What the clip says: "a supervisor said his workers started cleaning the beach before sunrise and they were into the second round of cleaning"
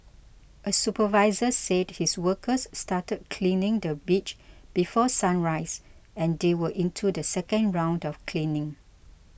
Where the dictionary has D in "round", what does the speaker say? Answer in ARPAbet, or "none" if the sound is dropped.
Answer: D